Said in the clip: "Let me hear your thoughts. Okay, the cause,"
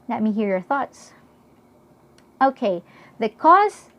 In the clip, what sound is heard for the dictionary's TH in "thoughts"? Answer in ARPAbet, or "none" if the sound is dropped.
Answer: TH